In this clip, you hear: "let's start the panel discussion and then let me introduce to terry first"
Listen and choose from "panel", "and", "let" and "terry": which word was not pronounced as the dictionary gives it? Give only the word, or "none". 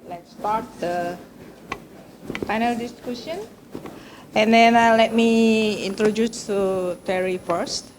panel